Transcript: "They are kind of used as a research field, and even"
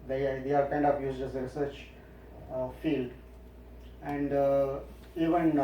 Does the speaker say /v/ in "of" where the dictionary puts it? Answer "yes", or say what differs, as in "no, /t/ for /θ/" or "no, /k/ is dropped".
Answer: no, /p/ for /v/